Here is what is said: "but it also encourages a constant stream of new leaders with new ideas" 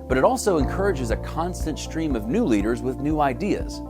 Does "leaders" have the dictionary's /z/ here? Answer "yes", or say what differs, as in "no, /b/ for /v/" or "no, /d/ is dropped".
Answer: yes